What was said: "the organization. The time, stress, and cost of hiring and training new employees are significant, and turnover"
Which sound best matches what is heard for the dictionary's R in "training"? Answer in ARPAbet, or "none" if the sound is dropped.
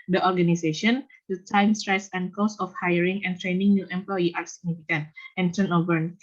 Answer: R